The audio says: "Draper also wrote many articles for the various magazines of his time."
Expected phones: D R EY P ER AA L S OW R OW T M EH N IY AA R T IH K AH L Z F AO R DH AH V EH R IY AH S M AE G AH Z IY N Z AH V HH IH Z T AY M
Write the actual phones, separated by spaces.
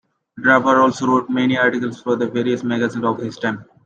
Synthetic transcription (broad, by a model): D R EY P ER AA L S OW R OW T M EH N IY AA R T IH K AH L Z F AO R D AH V EH R IY AH S M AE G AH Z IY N AH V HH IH S T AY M